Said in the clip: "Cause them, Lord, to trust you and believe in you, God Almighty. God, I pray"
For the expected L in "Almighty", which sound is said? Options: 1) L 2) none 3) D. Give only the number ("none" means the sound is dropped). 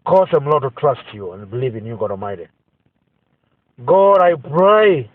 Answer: 2